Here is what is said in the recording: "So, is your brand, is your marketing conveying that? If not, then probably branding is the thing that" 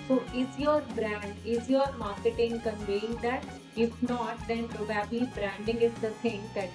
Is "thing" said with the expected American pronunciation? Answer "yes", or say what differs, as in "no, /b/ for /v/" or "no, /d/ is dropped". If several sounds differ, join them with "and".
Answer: no, /s/ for /θ/